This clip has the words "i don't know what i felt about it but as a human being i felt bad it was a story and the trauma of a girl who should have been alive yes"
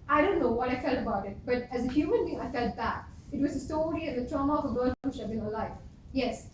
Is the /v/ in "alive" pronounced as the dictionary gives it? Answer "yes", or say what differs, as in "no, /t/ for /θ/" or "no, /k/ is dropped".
no, /f/ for /v/